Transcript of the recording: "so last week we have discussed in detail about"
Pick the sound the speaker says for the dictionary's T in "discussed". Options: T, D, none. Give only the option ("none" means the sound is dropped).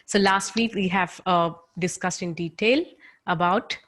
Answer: T